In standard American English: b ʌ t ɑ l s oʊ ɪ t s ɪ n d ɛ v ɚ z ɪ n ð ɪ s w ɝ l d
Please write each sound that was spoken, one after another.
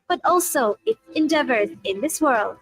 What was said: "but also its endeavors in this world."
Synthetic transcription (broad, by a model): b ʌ t ɑ l s oʊ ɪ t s ɪ n d ɛ v ɚ z ɪ n ð ɪ s w ɝ l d